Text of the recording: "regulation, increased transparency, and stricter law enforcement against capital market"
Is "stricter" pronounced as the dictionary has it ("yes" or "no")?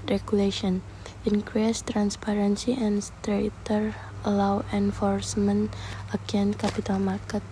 no